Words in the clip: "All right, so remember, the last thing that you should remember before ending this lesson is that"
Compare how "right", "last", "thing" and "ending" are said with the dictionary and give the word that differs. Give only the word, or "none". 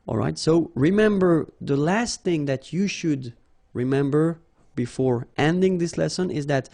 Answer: none